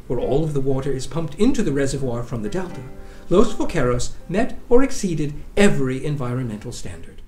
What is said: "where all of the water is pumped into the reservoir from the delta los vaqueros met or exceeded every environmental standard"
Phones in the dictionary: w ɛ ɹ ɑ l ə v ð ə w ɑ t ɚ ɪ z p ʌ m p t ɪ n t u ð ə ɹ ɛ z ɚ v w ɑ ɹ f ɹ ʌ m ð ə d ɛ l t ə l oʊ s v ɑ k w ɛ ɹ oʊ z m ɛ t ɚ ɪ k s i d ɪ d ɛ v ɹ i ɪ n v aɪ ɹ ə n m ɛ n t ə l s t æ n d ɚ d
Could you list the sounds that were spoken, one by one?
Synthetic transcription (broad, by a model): w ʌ ɹ ɑ l ə v ð ə w ɑ t ɚ ɪ z p ʌ m p t ɪ n t u ð ə ɹ ɛ z ɚ v w ɑ ɹ f ɹ ʌ m ð ə d ɛ l t ə l oʊ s f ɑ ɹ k ɛ ɹ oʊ s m ɛ t ɚ ɪ k s i d ɪ d ɛ v ɹ i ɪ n v aɪ ɹ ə n m ɛ n t l s t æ n d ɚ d